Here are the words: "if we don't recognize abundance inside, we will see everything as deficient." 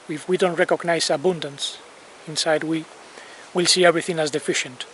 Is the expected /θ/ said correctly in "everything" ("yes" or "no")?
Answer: yes